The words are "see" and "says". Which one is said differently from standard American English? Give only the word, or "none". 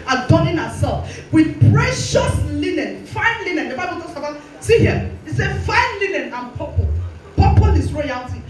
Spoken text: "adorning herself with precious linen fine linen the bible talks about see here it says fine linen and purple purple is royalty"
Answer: says